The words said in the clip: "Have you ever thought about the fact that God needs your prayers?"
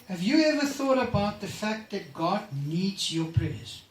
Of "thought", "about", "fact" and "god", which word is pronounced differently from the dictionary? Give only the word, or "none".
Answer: none